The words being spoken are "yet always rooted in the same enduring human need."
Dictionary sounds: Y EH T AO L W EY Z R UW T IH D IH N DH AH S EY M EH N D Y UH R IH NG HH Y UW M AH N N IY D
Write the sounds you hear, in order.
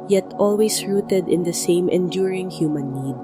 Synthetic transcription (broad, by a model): Y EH T AO L W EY S R UW T IH D IH N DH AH S EY M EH N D Y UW R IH NG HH Y UW M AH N N IY D